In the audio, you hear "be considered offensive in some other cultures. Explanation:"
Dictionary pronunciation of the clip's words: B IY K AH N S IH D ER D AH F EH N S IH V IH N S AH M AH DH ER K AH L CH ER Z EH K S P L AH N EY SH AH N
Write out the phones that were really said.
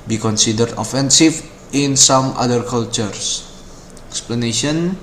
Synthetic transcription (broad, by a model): B IY K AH N S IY D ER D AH F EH N S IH F IH N S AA M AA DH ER K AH L CH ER S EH K S P L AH N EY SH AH N